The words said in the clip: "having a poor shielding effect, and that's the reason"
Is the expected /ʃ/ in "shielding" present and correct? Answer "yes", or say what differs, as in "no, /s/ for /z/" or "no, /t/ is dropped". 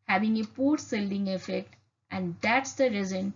no, /s/ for /ʃ/